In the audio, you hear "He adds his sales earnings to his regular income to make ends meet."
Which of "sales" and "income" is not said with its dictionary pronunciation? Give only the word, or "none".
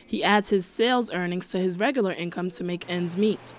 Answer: none